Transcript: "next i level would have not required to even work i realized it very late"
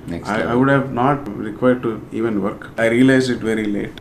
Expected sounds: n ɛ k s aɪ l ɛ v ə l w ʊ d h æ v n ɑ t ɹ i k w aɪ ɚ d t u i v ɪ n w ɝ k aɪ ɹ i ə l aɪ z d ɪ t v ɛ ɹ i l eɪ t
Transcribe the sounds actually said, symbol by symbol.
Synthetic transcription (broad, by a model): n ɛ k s aɪ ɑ ə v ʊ d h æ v n ɑ t ɹ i k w aɪ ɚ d t u i v ɪ n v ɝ k aɪ ɹ i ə l aɪ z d ɪ t v ɛ ɹ i l eɪ t